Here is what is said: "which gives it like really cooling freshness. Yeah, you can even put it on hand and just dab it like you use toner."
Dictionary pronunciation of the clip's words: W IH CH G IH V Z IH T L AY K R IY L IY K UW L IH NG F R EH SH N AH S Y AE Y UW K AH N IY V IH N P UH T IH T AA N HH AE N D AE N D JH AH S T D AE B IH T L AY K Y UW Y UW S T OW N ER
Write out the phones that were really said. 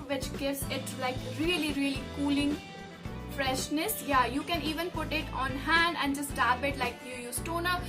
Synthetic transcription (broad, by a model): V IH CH G IH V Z IH T L AY K R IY L IY K UW L IH NG F R EH SH N AH S Y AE Y UW K AH N IY V IH N P UH T IH T AA N HH AE N D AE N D JH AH S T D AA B IH T L AY K Y UW Y UW S T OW N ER